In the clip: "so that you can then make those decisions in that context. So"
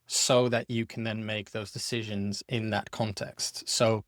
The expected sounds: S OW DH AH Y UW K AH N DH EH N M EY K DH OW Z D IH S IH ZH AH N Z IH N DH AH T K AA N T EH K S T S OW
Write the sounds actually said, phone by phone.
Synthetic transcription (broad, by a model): S OW DH AH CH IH K AH N DH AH N M EY K DH OW Z D IH S IH ZH AH N Z IH N DH AH T K AA N T EH K S T S OW